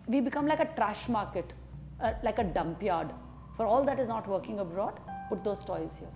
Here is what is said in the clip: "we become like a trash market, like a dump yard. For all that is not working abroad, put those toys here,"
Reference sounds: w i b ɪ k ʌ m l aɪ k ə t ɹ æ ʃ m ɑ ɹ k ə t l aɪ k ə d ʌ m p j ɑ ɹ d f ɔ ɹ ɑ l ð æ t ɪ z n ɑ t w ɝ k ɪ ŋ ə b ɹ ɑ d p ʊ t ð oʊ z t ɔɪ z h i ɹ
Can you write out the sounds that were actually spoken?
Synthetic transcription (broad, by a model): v i b ɪ k ʌ m l aɪ k ə t ɹ æ ʃ m ɑ ɹ k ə t l aɪ k ə d ʌ m p j ɑ ɹ d f ɔ ɹ ɑ l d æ t ɪ z n ɑ t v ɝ k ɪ ŋ ə b ɹ ɑ d p ʊ t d oʊ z t ɔɪ z h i ɹ